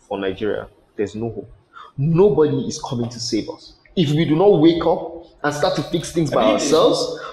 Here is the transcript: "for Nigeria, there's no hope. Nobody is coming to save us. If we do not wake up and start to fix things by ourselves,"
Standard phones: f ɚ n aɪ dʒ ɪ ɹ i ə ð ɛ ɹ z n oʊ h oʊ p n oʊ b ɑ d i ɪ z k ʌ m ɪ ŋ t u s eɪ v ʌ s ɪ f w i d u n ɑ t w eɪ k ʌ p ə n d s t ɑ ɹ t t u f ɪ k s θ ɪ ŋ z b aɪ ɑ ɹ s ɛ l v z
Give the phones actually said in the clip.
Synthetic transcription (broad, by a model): f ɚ n aɪ dʒ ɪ ɹ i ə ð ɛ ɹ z n oʊ h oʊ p n oʊ b ɑ d i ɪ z k ʌ m ɪ ŋ t u s eɪ v ʌ s ɪ f w i d u n ɑ t w eɪ k ʌ p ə n s t ɑ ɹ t t u f ɪ k s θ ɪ ŋ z b aɪ ɑ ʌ s ɛ l v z